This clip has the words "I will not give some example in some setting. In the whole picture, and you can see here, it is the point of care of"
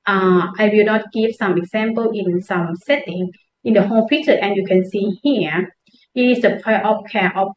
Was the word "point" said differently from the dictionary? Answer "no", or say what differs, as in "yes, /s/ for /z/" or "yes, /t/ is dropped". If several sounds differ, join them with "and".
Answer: yes, /n/ is dropped